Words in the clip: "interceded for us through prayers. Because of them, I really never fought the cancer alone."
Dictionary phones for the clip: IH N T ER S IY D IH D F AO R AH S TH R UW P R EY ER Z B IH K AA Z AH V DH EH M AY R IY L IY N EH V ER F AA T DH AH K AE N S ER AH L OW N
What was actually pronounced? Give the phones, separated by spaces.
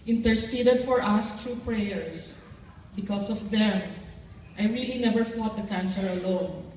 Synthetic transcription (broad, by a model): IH N T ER S IY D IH D F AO R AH S T R UW P R EY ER S B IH K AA S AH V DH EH M AY R IY L IY N EH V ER F AA T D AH K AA N S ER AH L OW N